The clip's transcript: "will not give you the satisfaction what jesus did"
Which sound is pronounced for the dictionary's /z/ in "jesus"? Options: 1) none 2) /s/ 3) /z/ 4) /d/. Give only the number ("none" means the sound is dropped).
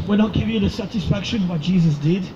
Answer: 3